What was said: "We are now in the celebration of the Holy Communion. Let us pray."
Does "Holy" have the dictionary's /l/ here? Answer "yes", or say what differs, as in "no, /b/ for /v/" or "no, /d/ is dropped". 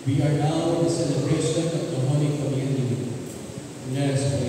no, /n/ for /l/